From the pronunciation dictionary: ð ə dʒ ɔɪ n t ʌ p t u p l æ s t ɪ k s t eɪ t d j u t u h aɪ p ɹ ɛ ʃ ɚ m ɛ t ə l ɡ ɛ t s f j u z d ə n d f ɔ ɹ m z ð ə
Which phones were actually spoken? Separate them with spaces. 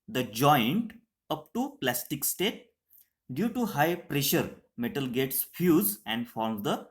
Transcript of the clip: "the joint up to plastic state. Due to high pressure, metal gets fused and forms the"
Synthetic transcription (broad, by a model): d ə dʒ ɔɪ n t ʌ p t u p l æ s t ɪ k s t eɪ t d j u t u h aɪ p ɹ ɛ ʃ ɚ m ɛ t ə l ɡ ɛ t s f j u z ə n d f ɔ ɹ m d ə